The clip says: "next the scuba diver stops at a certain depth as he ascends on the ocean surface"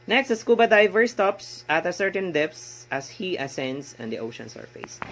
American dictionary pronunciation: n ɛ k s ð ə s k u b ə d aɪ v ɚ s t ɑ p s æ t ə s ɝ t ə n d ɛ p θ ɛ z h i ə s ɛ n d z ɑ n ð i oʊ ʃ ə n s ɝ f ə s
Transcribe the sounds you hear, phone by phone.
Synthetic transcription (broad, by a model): n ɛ k s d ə s k u b ə d aɪ v ɚ s t ɑ p s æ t ə s ɝ t ə n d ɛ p s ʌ s h i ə s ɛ n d s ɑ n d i oʊ ʃ ə n s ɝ f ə s